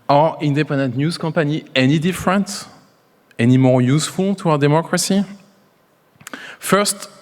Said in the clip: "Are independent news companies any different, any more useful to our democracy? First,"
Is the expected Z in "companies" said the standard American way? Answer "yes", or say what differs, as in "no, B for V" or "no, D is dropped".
no, Z is dropped